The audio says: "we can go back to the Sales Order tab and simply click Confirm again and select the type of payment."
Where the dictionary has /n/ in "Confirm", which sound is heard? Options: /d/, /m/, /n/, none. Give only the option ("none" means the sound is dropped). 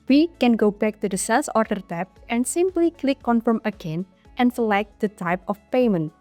/n/